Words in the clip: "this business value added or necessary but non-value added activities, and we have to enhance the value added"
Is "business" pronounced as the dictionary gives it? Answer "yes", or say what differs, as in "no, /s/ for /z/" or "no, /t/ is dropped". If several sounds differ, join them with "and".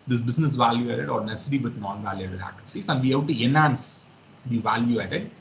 no, /s/ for /z/